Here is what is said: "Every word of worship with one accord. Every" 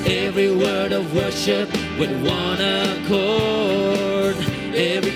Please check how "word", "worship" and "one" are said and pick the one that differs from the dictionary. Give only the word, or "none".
none